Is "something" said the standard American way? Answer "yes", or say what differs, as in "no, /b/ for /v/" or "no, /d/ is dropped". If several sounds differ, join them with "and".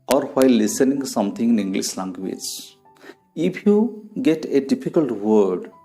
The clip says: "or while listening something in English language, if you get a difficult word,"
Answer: no, /t/ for /θ/